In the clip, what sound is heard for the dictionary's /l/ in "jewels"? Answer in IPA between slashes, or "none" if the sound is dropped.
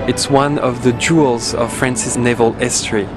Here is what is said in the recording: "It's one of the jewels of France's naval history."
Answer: /l/